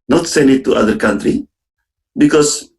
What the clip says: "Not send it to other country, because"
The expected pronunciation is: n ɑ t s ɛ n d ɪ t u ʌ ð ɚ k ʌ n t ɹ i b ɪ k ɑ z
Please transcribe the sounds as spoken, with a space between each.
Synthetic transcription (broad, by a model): n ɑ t s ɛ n ɪ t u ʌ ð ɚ k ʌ n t ɹ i b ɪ k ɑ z